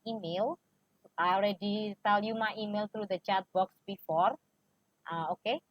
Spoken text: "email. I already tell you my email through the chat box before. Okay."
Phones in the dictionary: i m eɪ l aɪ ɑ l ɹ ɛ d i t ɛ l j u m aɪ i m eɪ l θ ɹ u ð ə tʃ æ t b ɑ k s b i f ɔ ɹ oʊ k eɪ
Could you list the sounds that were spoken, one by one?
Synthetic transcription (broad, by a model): i m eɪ l aɪ ɑ l ɹ ɛ d i s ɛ l j u m aɪ i m eɪ l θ ɹ u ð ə tʃ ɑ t b ɑ k s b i f ɔ ɹ oʊ k eɪ